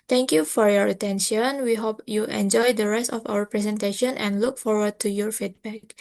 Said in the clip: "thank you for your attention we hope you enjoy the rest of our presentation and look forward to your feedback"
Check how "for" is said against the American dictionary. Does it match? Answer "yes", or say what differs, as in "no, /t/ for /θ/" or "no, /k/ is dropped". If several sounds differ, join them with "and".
yes